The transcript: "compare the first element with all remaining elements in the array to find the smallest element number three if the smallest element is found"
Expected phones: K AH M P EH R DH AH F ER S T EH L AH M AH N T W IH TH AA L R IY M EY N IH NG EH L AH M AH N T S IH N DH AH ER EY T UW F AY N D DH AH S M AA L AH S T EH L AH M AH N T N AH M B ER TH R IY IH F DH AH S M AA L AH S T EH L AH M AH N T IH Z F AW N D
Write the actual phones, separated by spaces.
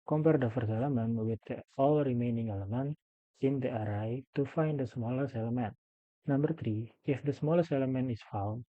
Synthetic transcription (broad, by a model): K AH M P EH R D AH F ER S EH L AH M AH N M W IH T AA L R IY M EY N IH NG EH L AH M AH N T IH N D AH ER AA T UW F AY N D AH S M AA L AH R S EH L AH M AH N T N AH M B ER T R IY IH F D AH S M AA L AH S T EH L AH M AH N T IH S F AW N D